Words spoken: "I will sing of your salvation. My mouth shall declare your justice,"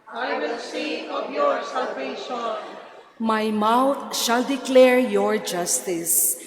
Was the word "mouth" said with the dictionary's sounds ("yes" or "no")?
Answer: no